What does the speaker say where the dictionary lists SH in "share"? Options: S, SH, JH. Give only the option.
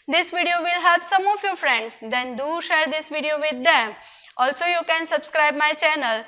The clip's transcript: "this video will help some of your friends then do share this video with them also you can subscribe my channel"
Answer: SH